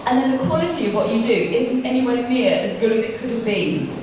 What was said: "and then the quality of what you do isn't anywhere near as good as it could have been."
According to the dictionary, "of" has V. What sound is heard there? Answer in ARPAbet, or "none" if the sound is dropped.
V